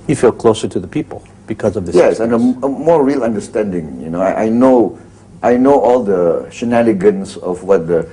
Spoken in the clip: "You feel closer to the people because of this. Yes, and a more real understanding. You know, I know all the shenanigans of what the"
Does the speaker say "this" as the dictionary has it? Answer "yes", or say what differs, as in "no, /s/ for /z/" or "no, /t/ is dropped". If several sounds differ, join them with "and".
no, /s/ is dropped